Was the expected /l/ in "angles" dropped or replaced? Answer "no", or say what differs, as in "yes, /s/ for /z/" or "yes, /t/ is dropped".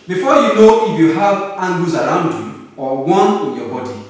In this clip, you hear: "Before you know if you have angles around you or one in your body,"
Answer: yes, /l/ is dropped